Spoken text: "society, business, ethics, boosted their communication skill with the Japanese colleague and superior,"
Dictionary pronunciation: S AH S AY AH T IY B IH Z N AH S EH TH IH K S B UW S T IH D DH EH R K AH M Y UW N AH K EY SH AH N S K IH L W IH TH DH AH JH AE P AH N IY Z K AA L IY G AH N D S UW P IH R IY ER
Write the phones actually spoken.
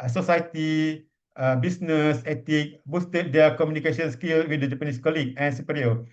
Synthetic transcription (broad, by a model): S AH S AY T IY B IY S N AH S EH T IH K B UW S T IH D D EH K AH M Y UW N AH K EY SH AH N S K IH L W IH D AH JH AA P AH N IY S K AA L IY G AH N S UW P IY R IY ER